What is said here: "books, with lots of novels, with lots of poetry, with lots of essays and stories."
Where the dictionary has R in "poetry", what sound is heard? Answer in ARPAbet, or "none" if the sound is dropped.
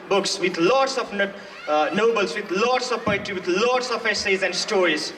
none